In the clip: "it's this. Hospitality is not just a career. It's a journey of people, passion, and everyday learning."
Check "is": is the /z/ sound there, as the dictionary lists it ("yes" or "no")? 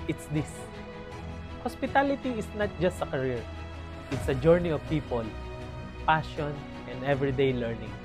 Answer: no